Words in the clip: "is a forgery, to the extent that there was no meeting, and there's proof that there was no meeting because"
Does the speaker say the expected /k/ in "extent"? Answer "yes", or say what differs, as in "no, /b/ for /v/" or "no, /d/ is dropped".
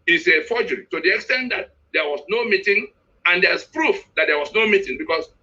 yes